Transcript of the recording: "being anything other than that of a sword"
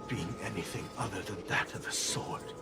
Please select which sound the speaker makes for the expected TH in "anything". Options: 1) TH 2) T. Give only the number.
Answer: 1